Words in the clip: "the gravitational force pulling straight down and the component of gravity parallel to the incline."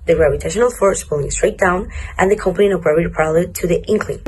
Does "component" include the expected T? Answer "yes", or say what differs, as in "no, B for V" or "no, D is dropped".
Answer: no, T is dropped